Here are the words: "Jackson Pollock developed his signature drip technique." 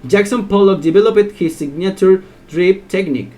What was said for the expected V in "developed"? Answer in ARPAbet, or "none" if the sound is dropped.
B